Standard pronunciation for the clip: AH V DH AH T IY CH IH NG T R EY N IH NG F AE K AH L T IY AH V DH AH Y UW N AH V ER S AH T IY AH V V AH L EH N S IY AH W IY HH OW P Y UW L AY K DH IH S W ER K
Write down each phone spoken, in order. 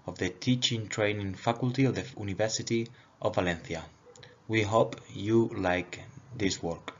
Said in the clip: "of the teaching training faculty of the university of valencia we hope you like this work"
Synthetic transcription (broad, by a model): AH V DH AH T IY CH IH NG T R EY N IH NG F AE K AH L T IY AH V DH AH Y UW N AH V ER S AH T IY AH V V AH L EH N TH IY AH W IY HH OW P Y UW L AY K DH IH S W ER K